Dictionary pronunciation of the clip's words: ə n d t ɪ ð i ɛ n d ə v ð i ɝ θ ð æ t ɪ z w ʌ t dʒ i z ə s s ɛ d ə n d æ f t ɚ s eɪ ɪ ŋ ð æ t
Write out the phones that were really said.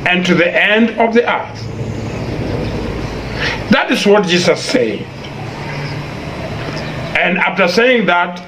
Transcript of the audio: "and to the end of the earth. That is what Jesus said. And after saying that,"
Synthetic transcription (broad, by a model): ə n t ɪ ð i ɛ n d ə v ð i ɝ θ ð æ t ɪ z w ʌ t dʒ i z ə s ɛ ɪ ə n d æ f t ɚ s eɪ ɪ ŋ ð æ t